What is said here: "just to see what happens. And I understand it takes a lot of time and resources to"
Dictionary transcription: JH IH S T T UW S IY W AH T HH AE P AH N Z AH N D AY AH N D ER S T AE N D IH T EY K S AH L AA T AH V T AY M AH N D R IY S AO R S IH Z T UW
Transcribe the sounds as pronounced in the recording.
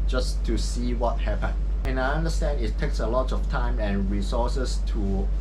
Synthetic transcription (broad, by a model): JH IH S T T UW S IY W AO T HH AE P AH N AH N AY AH N D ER S T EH N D IH T EY K S AH L AA T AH F T AY M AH N R IY S AO S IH S T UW